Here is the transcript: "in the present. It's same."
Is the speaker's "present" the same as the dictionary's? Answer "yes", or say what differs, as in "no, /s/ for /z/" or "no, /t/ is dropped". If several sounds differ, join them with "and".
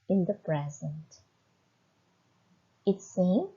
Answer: yes